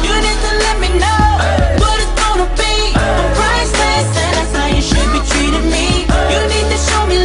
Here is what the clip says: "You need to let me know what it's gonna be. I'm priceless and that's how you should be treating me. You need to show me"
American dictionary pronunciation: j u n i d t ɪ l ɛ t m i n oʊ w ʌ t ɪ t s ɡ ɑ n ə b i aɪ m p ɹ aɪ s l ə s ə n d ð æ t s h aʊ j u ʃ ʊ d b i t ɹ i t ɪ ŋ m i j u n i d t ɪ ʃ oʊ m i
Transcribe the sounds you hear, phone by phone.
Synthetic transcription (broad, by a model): j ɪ n i d t ɪ l ɛ t m i n oʊ w ʌ t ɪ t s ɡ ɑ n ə b i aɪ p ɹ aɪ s ə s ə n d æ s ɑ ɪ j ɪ ʃ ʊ d b i t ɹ i t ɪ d m i j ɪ n i d t ɪ ʃ oʊ m i